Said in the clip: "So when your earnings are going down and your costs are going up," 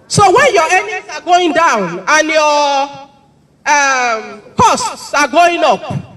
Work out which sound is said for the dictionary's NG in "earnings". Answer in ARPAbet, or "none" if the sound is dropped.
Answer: none